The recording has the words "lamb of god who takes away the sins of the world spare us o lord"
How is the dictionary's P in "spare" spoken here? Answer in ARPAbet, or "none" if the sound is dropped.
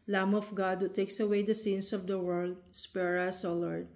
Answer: P